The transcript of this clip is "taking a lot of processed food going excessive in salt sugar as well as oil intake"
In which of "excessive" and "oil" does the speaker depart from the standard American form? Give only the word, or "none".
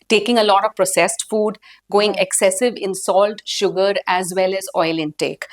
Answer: none